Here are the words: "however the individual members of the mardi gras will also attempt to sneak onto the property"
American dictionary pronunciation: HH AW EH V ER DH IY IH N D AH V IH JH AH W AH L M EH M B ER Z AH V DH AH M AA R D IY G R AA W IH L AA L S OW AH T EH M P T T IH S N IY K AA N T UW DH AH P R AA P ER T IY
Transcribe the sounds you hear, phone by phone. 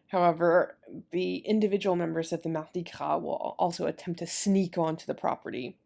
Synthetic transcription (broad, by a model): HH AW EH V ER DH IY IH N D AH V IH JH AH W L M EH M B ER Z AH V DH AH M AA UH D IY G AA W IH L AA L S OW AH T EH M P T T IH S N IY K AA N T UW DH AH P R AA P ER T IY